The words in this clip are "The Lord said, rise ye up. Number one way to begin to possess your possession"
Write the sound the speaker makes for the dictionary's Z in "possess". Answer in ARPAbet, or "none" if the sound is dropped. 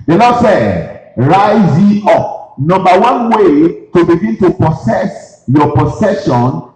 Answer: S